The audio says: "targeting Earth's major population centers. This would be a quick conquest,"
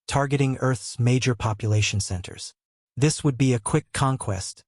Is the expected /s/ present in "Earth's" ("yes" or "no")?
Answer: yes